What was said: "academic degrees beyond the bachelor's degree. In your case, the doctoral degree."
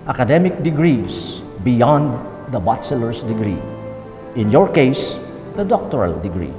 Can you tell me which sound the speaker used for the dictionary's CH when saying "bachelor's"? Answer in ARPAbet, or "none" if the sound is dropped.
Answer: S